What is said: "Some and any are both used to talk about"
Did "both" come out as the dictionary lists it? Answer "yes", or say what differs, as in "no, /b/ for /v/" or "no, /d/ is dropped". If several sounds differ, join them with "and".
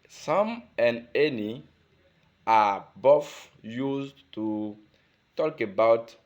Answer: no, /f/ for /θ/